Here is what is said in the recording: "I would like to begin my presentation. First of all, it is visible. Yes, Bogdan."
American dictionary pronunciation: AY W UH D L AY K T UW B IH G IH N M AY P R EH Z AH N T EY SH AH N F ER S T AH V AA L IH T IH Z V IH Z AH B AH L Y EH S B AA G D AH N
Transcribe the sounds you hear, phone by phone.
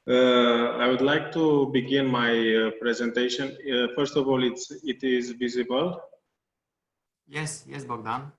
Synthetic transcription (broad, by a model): AY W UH D L AY K T UW B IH G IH N M AY P R EH Z AH N T EY SH AH N F ER S T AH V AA L IH T IH Z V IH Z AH B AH L Y EH S B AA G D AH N